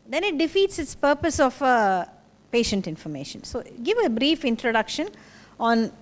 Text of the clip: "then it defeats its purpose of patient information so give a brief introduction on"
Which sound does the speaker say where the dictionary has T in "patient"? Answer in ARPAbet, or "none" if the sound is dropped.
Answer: T